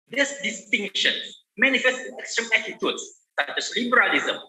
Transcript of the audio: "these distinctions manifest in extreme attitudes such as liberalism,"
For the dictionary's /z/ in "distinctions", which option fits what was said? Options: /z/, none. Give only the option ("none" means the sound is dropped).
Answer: none